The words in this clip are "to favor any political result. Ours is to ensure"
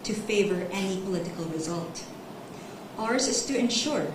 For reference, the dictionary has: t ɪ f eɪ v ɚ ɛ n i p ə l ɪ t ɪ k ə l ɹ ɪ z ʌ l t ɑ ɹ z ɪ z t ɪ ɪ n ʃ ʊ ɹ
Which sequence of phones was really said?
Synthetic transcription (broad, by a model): t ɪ f eɪ v ɚ ɛ n i p ə l ɪ t ɪ k ə l ɹ ɪ z ʌ l t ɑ ɹ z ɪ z t ɪ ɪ n ʃ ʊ ɹ